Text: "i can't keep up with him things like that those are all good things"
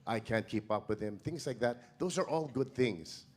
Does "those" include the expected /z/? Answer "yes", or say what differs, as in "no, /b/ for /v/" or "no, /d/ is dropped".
yes